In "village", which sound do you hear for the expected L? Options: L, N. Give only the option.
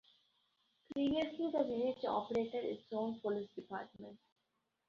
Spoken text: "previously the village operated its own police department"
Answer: N